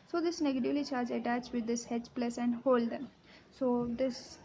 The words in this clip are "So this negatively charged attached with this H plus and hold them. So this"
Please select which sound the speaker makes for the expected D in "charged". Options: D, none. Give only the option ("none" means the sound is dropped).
none